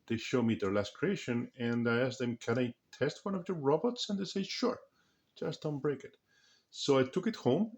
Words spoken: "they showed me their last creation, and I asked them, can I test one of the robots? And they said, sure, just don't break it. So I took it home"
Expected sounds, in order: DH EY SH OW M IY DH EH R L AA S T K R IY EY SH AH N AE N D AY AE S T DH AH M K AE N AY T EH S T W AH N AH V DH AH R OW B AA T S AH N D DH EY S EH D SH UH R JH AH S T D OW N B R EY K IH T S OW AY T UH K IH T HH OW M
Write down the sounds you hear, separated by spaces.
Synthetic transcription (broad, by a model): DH EY SH OW M IY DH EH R L AA S T K R IY EY SH AH N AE N D AY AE S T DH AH M K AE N AY T EH S T W AH N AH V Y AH R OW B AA T S AH N D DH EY S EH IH SH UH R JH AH S T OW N B R EY K IH T S OW AY T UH K IH T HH OW M